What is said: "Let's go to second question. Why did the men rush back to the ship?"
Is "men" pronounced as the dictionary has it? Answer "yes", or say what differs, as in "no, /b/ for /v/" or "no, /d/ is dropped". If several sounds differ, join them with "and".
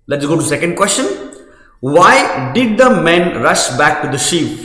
yes